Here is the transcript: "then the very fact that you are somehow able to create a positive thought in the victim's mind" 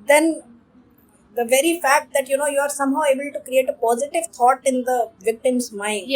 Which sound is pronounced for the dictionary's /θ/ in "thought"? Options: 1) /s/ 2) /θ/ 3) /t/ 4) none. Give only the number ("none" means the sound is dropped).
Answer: 3